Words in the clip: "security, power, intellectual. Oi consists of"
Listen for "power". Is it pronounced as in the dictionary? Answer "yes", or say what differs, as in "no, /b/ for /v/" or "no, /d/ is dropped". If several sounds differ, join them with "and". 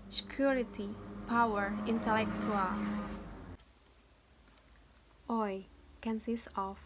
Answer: yes